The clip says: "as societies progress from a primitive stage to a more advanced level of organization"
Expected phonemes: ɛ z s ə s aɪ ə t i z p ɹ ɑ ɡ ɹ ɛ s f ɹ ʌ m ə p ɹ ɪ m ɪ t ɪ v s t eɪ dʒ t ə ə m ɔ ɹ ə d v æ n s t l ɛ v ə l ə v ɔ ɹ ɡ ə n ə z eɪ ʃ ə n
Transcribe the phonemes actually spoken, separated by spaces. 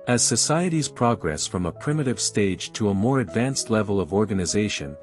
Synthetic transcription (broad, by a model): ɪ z s ə s aɪ ə t i z p ɹ ɑ ɡ ɹ ɛ s f ɹ ʌ m ə p ɹ ɪ m ɪ t ɪ v s t eɪ dʒ t ə ə m ɔ ɹ ə d v æ n s t l ɛ v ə l ə v ɔ ɹ ɡ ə n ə z eɪ ʃ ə n